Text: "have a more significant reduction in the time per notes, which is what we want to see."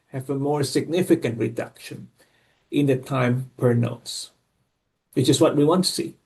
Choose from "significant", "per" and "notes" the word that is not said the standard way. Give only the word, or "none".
none